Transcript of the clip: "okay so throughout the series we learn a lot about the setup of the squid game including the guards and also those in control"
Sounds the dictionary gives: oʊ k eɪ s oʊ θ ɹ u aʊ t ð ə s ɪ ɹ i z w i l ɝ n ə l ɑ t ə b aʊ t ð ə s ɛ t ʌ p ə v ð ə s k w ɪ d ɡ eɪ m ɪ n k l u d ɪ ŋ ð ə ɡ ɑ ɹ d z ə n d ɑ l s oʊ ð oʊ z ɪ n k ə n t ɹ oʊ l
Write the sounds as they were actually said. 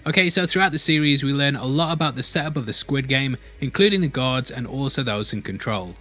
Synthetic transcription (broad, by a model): oʊ k eɪ s oʊ θ ɹ u aʊ t ð ə s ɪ ɹ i z w i l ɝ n ə l ɑ t ə b aʊ t ð ə s ɛ t ʌ p ə v ð ə s k w ɪ d ɡ eɪ m ɪ n k l u d ɪ ŋ ð ə ɡ ɑ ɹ d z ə n ɑ l s oʊ ð oʊ z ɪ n k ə n t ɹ oʊ l